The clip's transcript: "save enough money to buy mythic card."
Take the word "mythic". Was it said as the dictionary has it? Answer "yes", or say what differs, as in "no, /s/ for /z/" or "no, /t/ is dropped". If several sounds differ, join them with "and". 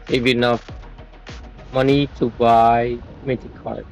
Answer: no, /t/ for /θ/